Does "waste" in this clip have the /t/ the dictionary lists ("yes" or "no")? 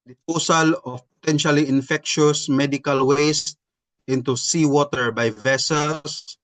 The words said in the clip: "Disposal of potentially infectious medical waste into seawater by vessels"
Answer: yes